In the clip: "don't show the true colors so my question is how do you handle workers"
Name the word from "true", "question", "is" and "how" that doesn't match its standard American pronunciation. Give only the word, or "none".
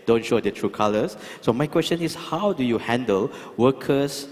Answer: is